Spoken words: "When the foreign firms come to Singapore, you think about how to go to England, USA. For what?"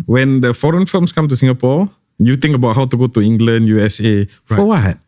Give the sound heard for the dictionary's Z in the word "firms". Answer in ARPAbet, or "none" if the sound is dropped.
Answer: S